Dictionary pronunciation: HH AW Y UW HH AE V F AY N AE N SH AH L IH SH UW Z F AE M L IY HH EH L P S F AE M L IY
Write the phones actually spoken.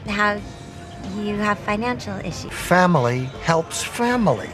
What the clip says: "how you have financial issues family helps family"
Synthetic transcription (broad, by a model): HH AW Y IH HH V F AY N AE N SH L IH SH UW F AE M L IY HH EH L P S F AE M L IY